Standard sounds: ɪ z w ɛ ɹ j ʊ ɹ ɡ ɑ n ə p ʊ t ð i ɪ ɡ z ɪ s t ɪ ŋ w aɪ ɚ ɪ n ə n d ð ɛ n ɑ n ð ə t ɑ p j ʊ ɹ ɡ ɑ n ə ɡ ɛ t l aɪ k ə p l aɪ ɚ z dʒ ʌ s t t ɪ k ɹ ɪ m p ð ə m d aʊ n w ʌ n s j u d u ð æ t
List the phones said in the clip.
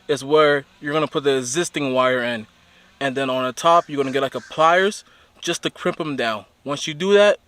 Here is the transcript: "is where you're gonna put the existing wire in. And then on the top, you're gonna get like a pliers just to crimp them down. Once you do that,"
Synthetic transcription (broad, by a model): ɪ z w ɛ ɹ j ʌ ɹ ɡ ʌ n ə p ʊ t ð i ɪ ɡ z ɪ s t ɪ ŋ w aɪ ɚ ɪ n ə n ð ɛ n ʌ n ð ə t ɑ p j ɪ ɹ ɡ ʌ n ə ɡ ɛ t l aɪ k ə p l aɪ ɚ z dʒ ʌ s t t ɪ k ɹ ɪ m p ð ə m d aʊ n w ʌ n s j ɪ d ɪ ð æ t